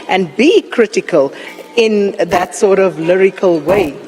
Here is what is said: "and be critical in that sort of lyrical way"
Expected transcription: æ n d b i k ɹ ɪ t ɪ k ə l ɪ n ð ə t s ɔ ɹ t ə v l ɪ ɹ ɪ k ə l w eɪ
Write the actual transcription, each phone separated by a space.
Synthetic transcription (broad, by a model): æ n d b i k ɹ ɪ t ɪ k ə l ɪ n ð ə t s ɔ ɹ t ə v l ɪ ɹ ɪ k ə l w eɪ